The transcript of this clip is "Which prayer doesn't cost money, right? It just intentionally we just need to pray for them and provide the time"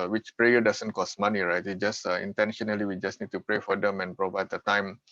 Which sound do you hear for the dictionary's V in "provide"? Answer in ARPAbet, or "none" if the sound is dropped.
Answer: V